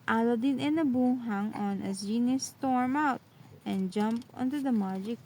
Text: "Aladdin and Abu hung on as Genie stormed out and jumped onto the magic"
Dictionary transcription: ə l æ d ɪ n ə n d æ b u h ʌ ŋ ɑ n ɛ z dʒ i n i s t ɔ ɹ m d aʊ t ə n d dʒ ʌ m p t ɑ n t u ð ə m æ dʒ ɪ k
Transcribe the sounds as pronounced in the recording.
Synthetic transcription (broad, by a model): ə l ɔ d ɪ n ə n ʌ b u h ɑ ŋ ɑ n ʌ dʒ i n i s t ɔ ɹ m aʊ t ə n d dʒ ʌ m p ɑ n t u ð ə m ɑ dʒ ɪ k